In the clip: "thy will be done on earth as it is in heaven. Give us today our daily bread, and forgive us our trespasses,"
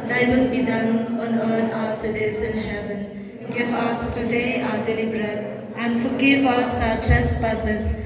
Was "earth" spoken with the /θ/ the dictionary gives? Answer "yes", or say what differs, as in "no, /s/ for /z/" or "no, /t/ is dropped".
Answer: no, /t/ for /θ/